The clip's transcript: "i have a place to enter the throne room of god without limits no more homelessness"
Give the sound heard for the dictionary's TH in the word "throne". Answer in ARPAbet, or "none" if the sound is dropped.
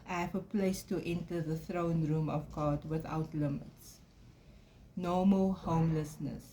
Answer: TH